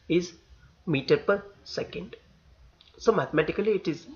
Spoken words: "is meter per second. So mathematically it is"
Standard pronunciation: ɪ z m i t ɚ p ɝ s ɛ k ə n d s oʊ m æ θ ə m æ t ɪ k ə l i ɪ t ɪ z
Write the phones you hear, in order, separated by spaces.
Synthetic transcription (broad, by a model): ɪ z m i t ɚ p ɝ s ɛ k ə n d s oʊ m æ t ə m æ t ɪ k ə l i ɪ t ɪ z